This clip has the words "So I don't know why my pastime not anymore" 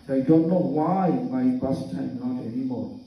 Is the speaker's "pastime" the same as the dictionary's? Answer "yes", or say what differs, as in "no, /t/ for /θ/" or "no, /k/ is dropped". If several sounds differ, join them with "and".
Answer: no, /b/ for /p/